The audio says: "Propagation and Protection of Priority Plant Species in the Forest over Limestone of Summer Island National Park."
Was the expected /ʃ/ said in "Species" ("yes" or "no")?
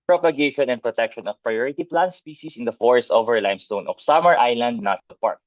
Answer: no